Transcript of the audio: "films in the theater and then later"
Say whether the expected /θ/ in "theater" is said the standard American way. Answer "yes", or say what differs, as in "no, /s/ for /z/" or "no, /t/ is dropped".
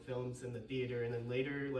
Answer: yes